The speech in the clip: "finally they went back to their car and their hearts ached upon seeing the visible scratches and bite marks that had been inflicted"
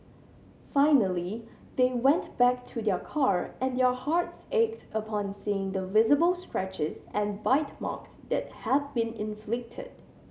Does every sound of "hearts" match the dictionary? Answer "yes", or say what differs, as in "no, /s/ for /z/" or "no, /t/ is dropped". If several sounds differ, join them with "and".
yes